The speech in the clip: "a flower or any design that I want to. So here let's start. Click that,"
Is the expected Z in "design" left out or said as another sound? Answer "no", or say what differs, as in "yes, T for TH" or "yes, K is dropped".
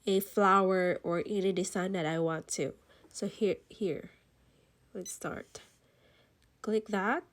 yes, S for Z